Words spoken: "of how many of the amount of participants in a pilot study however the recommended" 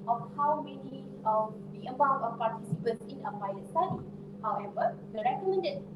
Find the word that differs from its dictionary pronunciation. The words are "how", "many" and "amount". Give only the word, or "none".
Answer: amount